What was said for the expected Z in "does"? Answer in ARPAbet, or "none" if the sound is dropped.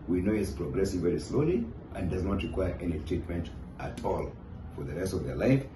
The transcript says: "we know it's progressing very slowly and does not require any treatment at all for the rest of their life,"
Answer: Z